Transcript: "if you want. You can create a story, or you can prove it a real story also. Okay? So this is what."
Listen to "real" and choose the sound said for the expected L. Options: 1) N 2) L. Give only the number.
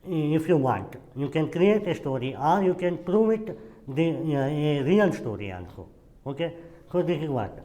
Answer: 1